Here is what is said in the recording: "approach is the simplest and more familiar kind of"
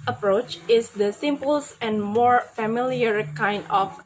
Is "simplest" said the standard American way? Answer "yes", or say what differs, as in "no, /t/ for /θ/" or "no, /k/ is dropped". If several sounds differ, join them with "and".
no, /l/ is dropped